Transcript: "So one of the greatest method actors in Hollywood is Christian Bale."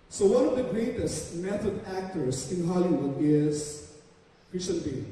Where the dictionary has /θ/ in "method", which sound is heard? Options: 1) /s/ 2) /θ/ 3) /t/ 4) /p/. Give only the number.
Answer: 3